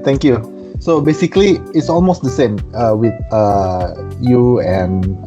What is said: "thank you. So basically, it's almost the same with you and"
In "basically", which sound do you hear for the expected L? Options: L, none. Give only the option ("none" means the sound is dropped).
L